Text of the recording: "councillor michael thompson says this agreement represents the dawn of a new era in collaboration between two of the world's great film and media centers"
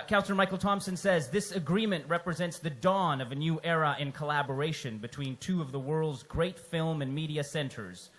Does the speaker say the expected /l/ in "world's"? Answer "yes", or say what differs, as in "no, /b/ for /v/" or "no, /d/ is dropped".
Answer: yes